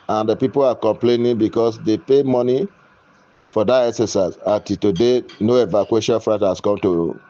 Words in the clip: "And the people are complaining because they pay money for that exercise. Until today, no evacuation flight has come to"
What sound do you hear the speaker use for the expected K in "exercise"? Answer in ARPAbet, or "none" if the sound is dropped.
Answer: none